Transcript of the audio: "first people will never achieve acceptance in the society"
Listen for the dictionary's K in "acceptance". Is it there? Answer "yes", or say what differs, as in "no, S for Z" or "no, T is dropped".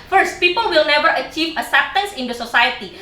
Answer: no, K is dropped